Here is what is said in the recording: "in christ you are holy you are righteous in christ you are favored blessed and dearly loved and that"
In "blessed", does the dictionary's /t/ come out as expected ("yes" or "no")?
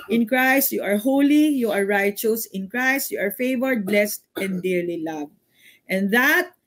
yes